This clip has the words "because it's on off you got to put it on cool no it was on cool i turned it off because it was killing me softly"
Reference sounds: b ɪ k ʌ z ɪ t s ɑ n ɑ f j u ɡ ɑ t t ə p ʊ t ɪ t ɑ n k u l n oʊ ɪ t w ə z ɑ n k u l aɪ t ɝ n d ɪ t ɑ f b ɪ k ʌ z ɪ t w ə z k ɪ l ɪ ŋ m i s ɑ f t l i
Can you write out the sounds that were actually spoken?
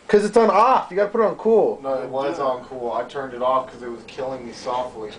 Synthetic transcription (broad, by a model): k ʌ z ɪ t s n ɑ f j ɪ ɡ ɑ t t ə p ʊ t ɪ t n k u l n oʊ ɪ t w ə z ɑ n k u l aɪ t ɝ n d ɪ t ɑ f k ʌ z ɪ t w ə z k ɪ l ɪ ŋ m i s ɑ f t l i